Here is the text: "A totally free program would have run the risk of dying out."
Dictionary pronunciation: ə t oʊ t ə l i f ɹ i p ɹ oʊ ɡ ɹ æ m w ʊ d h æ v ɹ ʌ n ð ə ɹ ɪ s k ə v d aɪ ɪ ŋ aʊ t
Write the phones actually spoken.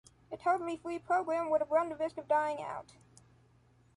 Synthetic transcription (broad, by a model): ə t oʊ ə l i f ɹ i p ɹ oʊ ɡ ɹ æ m w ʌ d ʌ b ɹ ʌ n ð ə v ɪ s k ə v d aɪ ɪ ŋ aʊ t